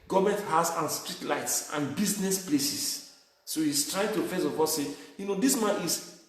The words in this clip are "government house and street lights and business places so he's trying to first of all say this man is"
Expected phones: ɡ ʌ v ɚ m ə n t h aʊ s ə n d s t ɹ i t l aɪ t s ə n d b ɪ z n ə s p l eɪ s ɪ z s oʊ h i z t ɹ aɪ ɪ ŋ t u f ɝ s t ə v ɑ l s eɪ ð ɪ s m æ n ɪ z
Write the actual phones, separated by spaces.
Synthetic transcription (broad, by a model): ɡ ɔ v m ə n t h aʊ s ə n s t ɹ i t l aɪ t s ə n b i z n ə s p l eɪ s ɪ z s oʊ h i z t ɹ aɪ ɪ ŋ t u f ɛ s ə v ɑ s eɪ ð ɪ s m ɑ n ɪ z